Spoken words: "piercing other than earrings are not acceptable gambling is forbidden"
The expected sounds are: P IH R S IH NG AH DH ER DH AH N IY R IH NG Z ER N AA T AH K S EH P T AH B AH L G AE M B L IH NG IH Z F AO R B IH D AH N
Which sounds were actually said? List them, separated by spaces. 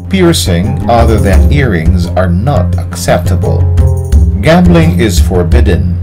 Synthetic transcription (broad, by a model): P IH R S IH NG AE DH ER DH AH N IY R IH NG Z ER N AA T AH K S EH P T AH B AH L G AE M B L IH NG IH Z F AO R B IH D N